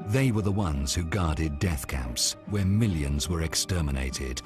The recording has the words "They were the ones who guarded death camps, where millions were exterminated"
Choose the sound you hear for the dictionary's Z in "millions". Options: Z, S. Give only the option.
Z